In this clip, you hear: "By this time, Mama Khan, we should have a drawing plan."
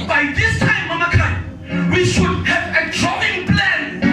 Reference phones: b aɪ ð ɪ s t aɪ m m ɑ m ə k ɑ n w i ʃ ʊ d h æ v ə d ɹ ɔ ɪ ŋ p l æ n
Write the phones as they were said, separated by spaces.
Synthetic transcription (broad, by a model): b aɪ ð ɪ s t aɪ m m ɑ m ə k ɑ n w i ʃ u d h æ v ə d ɹ ɔ ɪ ŋ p l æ n